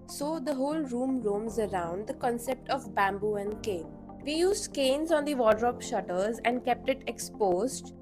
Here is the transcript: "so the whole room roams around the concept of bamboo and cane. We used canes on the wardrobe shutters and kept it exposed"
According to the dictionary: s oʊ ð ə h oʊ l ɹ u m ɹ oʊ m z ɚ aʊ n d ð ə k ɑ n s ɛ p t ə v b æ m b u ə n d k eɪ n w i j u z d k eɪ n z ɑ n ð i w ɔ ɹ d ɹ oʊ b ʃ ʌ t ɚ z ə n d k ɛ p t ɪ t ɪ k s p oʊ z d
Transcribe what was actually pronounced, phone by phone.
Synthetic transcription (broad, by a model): s oʊ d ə h oʊ l ɹ u m ɹ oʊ m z ɚ aʊ n d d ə k ɑ n s ɛ p t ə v b æ m b u ə n d k eɪ n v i j u z d k eɪ n z ɑ n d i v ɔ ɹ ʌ ɹ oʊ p ʃ ʌ t ɚ z ə n d k ɛ p t ɪ t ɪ k s p oʊ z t